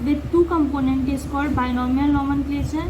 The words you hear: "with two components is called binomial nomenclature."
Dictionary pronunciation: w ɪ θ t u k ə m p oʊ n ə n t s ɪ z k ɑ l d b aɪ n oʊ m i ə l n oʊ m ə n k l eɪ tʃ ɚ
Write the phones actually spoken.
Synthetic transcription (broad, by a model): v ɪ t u k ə m p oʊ n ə n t ɪ s k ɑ d b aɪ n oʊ m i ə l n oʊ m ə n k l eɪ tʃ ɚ